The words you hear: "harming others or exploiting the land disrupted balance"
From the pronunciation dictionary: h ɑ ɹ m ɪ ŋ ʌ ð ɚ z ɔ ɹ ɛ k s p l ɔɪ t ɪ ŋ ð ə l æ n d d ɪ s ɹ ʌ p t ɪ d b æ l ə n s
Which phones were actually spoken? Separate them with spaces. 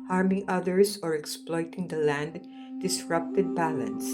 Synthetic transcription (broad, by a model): h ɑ ɹ m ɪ ŋ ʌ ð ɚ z ɔ ɹ ɛ k s p l ɔɪ t ɪ ŋ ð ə l æ n d d ɪ s ɹ ʌ p t ɪ d b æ l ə n s